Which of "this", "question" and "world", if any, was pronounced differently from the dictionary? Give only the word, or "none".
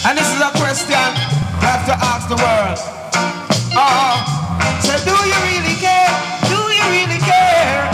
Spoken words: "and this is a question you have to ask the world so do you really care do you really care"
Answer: world